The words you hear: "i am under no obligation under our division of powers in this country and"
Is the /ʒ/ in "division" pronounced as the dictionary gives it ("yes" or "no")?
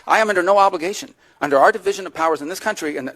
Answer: yes